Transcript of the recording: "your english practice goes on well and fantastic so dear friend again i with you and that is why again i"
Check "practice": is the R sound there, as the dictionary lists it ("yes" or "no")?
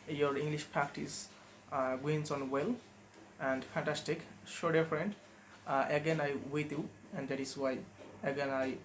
no